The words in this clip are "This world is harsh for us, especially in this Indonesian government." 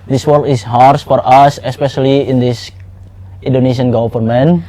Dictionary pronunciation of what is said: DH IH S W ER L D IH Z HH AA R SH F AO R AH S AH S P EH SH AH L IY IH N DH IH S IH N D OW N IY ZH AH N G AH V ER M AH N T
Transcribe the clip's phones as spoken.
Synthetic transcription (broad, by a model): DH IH S W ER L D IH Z HH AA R S F AO R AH S AH S P EH SH AH L IY IH N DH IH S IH N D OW N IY SH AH N G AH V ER M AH N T